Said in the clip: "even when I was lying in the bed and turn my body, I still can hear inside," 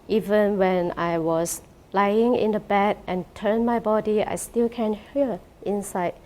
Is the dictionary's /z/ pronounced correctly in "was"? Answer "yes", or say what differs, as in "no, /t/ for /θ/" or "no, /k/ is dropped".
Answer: no, /s/ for /z/